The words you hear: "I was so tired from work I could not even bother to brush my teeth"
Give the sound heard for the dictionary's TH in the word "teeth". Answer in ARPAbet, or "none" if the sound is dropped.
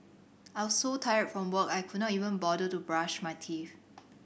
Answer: F